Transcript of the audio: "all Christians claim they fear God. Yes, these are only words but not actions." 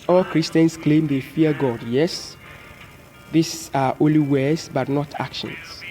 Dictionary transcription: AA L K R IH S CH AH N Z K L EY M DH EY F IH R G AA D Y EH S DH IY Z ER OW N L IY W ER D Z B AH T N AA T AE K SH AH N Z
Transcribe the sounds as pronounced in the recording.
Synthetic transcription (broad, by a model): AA L K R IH S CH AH N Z K L EY M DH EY F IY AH G AA D Y EH S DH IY S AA OW N L IY W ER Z B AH T N AA T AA K SH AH N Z